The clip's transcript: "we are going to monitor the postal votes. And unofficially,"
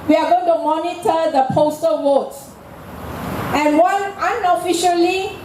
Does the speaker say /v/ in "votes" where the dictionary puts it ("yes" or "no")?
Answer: no